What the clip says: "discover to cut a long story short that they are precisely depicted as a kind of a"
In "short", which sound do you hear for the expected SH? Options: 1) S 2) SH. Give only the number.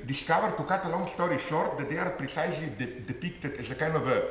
2